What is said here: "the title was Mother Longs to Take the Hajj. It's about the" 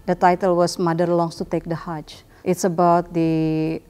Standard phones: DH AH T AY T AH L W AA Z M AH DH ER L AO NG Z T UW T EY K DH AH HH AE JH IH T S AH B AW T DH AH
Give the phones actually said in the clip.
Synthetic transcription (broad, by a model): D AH T AY T AH L W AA S M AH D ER L AO NG S T UW T EY K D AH HH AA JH IH T S AH B AW T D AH